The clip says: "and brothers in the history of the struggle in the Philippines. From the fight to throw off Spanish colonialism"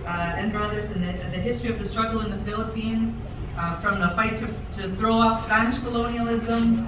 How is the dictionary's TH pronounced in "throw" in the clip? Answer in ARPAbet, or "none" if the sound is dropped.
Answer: TH